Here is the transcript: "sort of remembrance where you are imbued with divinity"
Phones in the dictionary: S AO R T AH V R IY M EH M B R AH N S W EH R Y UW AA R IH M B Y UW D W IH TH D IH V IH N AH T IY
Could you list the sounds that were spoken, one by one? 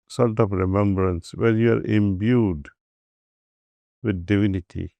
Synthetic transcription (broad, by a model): S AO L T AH P R IY M EH M B R AH N S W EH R Y UW AA R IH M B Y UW D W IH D D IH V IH N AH T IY